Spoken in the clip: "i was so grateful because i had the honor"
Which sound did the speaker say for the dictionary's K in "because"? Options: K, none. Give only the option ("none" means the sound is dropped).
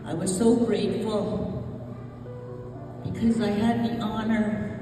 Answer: K